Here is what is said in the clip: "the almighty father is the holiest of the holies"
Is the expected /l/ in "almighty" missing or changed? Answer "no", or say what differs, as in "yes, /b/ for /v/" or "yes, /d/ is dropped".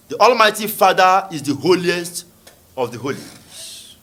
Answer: no